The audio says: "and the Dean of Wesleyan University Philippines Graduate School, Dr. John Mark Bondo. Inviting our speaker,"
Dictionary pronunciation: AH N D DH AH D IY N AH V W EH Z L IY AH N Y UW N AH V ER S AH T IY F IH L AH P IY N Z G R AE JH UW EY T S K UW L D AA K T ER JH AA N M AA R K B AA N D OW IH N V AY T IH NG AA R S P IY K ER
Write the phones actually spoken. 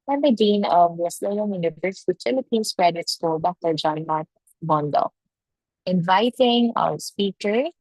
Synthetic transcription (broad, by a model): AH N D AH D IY N AH V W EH S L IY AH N Y UW N AH V ER S AH T IY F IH L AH P IY N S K R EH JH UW T S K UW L D AA K T ER JH AA N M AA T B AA N D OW IH N V AY T IH NG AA W S P IY K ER